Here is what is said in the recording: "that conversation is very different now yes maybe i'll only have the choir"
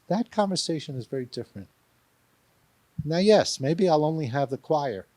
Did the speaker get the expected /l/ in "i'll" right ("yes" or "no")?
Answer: yes